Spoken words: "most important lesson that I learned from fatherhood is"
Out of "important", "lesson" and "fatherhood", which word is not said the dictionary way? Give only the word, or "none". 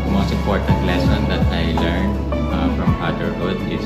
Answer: fatherhood